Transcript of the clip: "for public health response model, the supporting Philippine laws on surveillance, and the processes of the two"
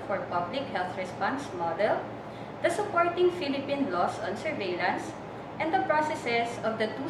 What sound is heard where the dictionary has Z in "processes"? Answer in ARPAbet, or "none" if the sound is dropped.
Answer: S